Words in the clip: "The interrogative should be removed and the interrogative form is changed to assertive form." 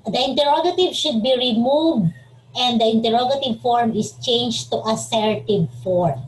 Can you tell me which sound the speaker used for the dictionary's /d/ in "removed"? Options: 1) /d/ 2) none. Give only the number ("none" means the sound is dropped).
1